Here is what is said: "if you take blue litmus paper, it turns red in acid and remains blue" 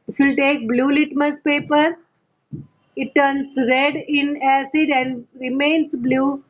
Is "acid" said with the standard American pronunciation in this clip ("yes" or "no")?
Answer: yes